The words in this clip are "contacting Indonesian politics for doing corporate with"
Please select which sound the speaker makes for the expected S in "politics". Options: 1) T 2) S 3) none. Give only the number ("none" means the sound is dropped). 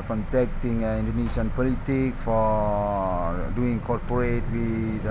3